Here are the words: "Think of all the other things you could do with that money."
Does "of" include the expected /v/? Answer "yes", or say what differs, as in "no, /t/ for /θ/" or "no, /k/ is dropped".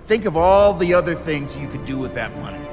yes